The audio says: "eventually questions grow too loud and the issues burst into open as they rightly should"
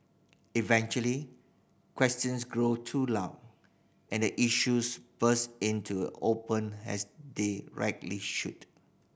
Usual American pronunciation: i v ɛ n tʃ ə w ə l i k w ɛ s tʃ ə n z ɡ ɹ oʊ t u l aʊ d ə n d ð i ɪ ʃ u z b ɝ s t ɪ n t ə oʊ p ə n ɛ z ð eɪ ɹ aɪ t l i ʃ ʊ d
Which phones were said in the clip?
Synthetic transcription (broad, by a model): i v ɛ n tʃ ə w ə l i k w ɛ s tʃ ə n s ɡ ɹ oʊ t u l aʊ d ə n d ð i ʃ u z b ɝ s ɪ n t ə oʊ p ə n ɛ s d eɪ ɹ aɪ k l i ʃ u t